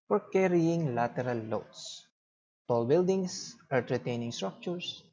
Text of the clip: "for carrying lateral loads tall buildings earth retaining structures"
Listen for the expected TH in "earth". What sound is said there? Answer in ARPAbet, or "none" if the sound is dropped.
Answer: T